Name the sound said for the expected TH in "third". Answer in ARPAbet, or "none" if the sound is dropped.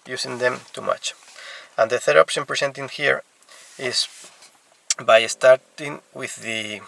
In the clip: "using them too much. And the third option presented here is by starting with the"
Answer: TH